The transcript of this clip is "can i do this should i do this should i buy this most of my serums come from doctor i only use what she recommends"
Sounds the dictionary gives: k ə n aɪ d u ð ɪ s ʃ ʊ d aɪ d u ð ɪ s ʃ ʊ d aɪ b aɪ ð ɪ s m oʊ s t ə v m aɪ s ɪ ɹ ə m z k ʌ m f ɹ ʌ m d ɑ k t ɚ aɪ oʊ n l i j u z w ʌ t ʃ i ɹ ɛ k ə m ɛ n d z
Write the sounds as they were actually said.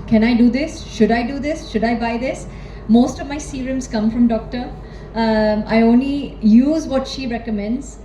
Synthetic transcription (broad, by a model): k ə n aɪ d u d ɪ s ʃ ʊ d aɪ d u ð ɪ s ʃ ʊ d aɪ b aɪ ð ɪ s m oʊ s t ə v m aɪ s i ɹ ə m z k ʌ m f ɹ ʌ m d ɑ k t ɚ aɪ oʊ n l i j u z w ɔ t ʃ i ɹ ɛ k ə m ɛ n d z